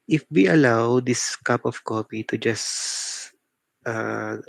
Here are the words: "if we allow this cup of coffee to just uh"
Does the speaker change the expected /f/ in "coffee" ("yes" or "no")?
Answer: yes